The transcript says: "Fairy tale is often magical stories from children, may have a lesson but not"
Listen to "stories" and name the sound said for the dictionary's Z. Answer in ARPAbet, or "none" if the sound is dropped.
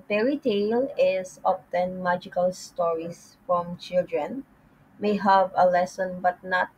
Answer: S